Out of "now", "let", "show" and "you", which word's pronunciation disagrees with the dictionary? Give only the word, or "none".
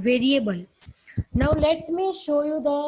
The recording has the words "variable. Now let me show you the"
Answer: none